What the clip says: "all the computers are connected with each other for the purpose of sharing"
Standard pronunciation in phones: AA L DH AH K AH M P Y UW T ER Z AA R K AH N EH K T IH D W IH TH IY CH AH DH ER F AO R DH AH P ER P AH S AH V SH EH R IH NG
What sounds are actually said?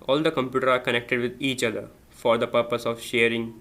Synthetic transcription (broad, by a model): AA L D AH K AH M P Y UW T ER AA R K AH N EH K T IH D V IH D IY CH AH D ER F AO R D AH P ER P AH S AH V SH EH R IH NG